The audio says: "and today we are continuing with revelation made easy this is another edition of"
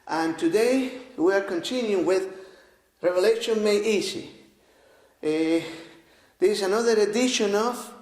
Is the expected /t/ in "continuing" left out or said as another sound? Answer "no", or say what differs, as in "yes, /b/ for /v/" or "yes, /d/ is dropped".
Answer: yes, /s/ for /t/